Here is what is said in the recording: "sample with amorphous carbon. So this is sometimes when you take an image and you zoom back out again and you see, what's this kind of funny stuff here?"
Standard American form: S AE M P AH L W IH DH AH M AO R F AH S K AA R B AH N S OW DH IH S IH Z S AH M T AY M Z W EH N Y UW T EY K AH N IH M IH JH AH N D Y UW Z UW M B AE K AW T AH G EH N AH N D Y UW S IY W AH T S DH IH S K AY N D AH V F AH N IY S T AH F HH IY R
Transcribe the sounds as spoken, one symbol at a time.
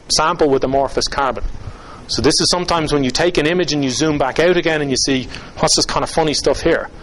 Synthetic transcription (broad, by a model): S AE M P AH L W IH DH AH M AO R F AH S K AA R B AH N S OW DH IH S IH Z S AH M T AY M Z W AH N Y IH T EY K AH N IH M IH JH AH N Y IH Z UW M B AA K AW T AH G EH N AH N Y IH S IY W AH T S DH IH S K AY N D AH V F AH N IY S T AH F HH IY R